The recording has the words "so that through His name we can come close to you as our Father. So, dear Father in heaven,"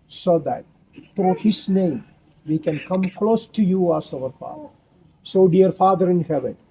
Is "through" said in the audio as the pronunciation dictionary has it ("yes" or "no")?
no